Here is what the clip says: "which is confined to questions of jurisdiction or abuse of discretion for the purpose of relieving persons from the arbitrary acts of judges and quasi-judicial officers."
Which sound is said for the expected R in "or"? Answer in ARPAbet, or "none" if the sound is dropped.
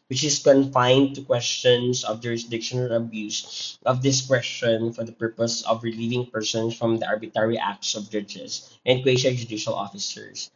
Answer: L